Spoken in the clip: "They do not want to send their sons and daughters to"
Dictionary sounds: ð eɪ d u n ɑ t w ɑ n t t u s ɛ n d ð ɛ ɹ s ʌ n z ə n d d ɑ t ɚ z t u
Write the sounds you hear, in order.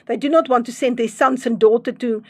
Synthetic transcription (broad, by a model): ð eɪ d u n ɑ t w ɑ n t t u s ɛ n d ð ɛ s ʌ n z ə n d d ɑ t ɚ t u